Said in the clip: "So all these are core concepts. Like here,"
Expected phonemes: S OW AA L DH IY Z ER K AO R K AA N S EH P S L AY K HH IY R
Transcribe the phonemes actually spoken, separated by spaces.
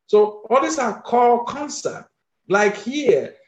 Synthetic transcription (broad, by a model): S OW AA L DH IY S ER K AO L K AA N S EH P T L AY K HH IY